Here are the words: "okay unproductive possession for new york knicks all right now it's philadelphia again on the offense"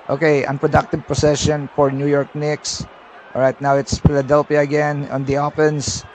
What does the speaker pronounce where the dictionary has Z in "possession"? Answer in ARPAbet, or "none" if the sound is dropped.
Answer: S